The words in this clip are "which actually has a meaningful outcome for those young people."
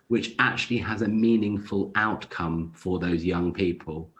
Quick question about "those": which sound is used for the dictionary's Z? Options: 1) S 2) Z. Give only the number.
2